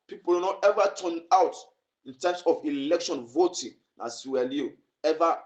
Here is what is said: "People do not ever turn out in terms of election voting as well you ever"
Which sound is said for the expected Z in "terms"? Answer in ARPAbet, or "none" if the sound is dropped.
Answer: S